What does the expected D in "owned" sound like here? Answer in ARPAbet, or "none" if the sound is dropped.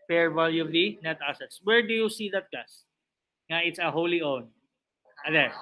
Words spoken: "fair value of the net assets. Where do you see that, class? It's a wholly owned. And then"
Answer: none